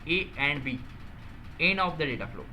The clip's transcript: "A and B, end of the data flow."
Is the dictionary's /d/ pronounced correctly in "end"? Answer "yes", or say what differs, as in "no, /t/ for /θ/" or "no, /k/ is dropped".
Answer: no, /d/ is dropped